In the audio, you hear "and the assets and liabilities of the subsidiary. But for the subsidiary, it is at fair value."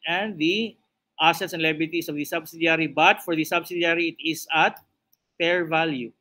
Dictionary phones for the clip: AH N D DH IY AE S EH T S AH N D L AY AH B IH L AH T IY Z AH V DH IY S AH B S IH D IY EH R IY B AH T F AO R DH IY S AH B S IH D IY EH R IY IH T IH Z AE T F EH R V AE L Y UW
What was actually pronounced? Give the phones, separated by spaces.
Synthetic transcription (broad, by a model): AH N D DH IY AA S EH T S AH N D L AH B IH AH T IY S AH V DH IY S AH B S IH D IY R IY B AH T F AO R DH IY S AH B S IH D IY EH R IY IH T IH S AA T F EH R V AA L Y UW